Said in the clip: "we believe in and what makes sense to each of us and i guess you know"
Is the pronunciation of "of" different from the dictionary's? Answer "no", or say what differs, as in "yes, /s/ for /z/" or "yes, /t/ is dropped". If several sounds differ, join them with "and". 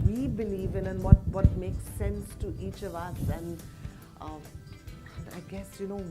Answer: no